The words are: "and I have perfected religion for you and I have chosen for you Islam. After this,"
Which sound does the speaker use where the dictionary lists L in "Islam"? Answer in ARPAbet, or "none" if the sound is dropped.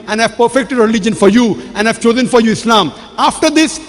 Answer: L